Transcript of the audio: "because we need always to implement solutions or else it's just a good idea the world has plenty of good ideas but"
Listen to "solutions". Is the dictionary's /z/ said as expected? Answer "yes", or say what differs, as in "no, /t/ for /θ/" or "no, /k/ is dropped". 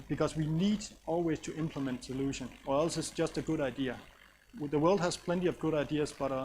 no, /z/ is dropped